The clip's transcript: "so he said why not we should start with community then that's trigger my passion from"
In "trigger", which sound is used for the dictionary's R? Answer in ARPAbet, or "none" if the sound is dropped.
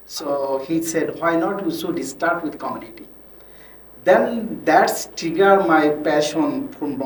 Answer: none